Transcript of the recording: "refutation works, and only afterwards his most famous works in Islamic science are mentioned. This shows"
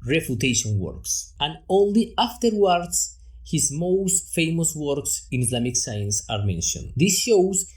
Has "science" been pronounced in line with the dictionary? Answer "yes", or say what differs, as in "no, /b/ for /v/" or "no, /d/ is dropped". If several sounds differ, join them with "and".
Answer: yes